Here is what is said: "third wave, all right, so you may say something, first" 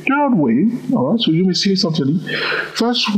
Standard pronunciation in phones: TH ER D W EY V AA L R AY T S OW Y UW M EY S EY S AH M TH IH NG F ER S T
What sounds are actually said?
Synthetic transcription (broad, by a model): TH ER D W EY AA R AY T S OW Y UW M EY S EY S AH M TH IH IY F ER S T